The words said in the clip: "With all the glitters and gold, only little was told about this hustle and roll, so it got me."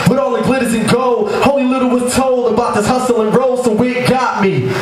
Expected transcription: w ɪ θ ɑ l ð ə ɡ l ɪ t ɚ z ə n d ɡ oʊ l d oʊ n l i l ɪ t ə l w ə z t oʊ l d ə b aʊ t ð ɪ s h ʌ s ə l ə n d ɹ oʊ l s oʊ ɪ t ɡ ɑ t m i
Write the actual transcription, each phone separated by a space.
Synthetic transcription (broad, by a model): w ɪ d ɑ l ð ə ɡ l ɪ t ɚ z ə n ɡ oʊ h oʊ l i l ɪ t l w ə z t oʊ l d ə b aʊ t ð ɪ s h ʌ s ə l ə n ɹ oʊ l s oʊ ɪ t ɡ ɑ t m i